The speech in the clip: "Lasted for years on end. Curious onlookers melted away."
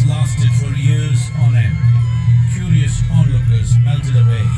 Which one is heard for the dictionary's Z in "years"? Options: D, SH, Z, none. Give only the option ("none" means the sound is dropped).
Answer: Z